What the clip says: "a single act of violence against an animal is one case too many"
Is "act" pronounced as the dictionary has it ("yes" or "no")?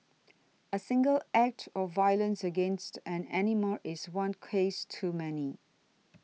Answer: yes